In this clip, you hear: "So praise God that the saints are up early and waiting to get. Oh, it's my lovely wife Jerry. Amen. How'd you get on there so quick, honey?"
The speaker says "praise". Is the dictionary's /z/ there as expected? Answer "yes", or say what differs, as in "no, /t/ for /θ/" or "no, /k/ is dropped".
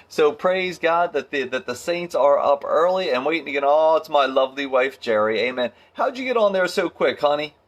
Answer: yes